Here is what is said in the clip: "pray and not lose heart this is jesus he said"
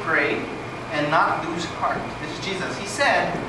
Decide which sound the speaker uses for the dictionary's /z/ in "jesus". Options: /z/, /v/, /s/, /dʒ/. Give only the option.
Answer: /z/